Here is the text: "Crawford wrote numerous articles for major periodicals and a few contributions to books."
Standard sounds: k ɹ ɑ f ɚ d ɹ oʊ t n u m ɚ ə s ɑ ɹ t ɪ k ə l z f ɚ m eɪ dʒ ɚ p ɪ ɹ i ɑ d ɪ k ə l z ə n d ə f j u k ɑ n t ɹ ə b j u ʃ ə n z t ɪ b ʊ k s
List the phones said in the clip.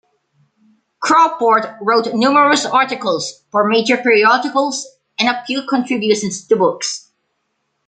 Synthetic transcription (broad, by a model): k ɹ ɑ p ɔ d ɹ oʊ t n u m ɚ ə s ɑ ɹ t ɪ k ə l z f ɚ m eɪ dʒ ɚ p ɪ ɹ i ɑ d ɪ k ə l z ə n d ə p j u k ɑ n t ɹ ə b j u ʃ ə n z t ɪ b ʊ k s